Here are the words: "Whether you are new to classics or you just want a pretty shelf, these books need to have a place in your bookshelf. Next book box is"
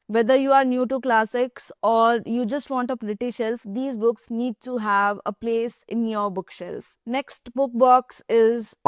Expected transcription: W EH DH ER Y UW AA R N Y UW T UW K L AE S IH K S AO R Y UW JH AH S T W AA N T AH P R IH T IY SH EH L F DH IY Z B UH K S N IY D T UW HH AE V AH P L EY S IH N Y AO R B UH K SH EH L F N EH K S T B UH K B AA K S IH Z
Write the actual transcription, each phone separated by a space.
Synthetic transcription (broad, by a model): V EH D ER Y UW AA R N Y UW T UW K L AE S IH K S AO R Y UW JH AH S T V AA N T AH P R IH T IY SH EH L F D IY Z B UH K S N IY D T UW HH AE V AH P L EY S IH N Y AO R B UH K SH EH L F N EH K S T B UH K B AA K S IH Z